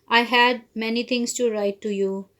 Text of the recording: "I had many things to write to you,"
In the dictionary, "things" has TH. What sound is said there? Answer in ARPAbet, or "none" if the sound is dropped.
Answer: T